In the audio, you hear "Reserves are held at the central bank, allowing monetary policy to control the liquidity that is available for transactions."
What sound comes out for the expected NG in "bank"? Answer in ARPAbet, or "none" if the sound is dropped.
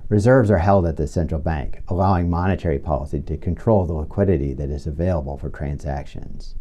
NG